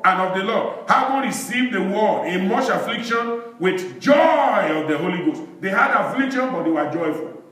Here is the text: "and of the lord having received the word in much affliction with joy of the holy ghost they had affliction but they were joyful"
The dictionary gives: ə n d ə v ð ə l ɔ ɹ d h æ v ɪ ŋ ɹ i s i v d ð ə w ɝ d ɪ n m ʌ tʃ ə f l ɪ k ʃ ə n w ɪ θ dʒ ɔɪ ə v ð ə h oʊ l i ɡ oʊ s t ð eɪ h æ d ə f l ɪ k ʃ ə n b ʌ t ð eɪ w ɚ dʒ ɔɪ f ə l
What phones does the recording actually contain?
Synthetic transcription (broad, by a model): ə n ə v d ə l ɔ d h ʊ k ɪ ɹ i s i v d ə w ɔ ɪ n m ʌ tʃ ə f l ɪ k ʃ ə n w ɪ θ dʒ ɔɪ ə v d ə h oʊ l i ɡ oʊ s t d eɪ h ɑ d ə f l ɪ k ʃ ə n b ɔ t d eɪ w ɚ dʒ ɔɪ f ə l